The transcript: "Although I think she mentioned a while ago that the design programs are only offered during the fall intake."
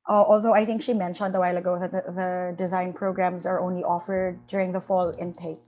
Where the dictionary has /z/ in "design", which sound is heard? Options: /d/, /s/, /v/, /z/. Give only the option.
/z/